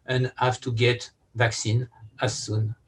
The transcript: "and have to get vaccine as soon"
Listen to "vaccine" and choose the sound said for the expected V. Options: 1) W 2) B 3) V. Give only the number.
3